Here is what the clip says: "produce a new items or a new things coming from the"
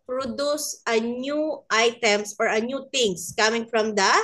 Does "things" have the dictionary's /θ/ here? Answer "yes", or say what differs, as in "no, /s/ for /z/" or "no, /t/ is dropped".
no, /t/ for /θ/